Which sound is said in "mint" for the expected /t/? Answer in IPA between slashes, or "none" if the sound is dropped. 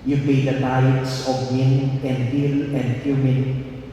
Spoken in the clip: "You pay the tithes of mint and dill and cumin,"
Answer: none